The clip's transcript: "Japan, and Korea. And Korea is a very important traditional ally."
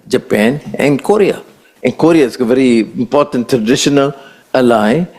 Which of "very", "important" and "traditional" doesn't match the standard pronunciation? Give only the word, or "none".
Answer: none